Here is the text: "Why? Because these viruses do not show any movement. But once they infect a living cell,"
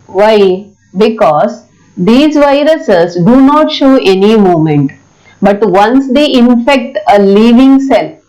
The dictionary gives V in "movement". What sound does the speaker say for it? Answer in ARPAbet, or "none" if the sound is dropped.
none